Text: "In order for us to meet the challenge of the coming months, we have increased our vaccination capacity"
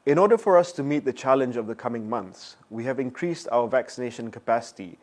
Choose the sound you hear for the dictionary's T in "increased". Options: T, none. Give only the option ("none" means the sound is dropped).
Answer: T